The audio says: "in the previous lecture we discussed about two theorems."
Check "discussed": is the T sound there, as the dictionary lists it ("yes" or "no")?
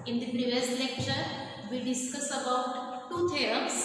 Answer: no